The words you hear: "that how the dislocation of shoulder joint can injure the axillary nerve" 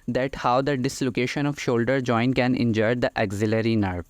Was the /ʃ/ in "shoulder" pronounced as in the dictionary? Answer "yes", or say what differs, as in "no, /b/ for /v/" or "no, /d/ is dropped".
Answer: yes